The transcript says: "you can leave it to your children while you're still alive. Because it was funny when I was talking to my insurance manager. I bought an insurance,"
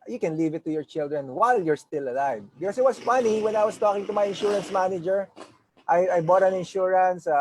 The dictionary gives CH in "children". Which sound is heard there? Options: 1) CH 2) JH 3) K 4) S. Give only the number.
1